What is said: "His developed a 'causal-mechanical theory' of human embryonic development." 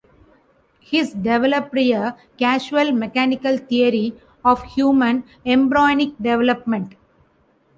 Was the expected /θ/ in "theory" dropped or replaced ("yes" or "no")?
yes